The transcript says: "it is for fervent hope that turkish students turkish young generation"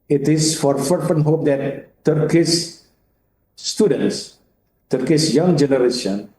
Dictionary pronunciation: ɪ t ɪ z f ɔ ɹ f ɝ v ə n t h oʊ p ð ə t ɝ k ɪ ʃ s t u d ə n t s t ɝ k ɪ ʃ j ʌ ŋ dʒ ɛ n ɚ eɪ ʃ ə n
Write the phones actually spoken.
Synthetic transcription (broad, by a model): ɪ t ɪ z f ɔ ɹ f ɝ p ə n h oʊ p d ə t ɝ k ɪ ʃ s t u d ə n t s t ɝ k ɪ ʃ j ʌ ŋ dʒ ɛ n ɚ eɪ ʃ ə n